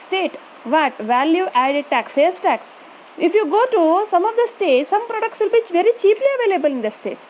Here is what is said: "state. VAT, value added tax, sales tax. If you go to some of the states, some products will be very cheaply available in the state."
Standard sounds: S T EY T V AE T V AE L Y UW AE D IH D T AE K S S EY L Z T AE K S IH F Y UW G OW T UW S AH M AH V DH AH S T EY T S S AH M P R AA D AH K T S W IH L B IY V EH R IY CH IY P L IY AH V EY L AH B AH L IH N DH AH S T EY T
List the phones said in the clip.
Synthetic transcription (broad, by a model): S T EY T V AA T V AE L Y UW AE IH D T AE K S S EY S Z T AE K S IH F Y UW G OW T UW S AH M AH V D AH S T EY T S S AH M P R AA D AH K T S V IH L B IY V EH R IY CH IY P L IY AH V EY L AH B AH L IH N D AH S T EY T